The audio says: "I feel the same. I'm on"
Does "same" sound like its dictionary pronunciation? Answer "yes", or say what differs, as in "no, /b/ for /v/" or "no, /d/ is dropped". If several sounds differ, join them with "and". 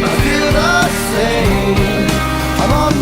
no, /m/ is dropped